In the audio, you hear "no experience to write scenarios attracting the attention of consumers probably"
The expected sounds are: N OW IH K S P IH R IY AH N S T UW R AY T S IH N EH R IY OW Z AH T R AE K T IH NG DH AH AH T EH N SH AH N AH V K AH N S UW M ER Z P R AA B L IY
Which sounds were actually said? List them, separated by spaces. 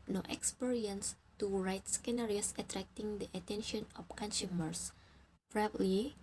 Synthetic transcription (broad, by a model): N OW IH K S P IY R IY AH N S T UW R AY T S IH N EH R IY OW S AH T R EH K T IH NG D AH AH T EH N SH AH N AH F K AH N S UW M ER S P R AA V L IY